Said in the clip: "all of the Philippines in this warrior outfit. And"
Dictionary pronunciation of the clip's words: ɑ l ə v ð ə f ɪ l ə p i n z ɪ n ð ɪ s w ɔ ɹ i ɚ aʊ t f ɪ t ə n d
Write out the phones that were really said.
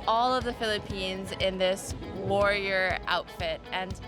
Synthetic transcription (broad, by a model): ɑ l ə v ð ə f ɪ l ə p i n z ɪ n ð ɪ s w ɔ ɹ i ɚ aʊ t f ɪ t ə n